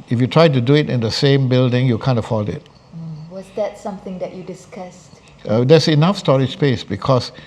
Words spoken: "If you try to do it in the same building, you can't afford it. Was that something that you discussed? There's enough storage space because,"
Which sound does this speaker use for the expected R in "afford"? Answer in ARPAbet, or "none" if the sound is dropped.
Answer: L